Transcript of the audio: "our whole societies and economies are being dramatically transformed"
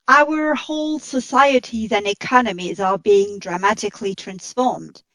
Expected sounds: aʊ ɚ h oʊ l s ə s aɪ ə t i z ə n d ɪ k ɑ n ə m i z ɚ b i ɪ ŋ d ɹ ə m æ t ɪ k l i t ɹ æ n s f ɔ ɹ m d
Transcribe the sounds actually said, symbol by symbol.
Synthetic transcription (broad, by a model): aʊ ɚ h oʊ l s ə s aɪ ə t i z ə n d ɪ k ɑ n ə m i z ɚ b i ɪ ŋ d ɹ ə m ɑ t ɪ k l i t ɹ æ n s f ɔ ɹ m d